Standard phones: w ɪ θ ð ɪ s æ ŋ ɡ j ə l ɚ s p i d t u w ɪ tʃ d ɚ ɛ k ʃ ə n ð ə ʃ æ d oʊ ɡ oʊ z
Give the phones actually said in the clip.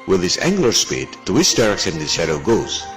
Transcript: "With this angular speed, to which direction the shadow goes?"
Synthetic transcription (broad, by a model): w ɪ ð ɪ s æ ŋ ɡ l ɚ s p i d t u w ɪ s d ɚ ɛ k s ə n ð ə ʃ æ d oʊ ɡ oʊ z